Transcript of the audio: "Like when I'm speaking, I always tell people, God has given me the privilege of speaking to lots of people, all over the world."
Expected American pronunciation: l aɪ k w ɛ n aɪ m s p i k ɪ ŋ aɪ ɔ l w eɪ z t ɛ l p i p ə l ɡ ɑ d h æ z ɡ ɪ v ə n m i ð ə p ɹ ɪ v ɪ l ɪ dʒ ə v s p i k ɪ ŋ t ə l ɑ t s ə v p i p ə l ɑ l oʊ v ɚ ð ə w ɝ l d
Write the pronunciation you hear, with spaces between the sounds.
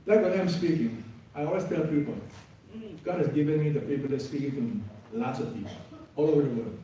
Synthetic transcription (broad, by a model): l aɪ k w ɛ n aɪ m s p i k ɪ ŋ aɪ ɔ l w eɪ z t ɛ l p i p ə l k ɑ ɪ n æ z ɡ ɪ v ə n m i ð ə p i p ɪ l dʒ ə s p i k ɪ ŋ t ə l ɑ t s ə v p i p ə ɑ l oʊ v ɚ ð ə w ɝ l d